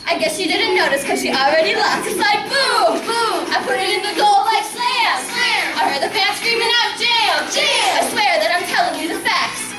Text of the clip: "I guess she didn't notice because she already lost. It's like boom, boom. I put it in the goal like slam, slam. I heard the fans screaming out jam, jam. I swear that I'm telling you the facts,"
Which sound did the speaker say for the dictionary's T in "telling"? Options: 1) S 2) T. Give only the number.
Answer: 2